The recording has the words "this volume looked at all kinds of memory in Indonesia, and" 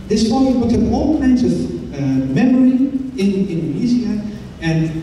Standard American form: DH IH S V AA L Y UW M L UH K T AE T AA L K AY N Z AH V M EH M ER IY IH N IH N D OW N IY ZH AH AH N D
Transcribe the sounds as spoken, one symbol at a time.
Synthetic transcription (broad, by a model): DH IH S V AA Y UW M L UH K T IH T AA L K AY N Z AH V M EH M ER IY IH N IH N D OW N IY Z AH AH N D